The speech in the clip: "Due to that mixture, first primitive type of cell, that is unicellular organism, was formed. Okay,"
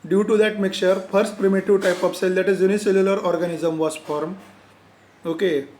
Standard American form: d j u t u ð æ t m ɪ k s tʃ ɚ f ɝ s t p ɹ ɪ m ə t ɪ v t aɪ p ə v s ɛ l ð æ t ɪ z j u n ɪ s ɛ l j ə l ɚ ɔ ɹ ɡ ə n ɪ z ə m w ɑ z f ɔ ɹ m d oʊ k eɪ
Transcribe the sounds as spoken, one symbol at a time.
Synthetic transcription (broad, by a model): d j u t u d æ t m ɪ k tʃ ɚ f ɝ s t p ɹ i m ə t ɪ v t aɪ p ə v s ɛ l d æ t ɪ z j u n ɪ s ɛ l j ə l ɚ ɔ ɹ ɡ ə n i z ə m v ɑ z f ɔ ɹ m oʊ k eɪ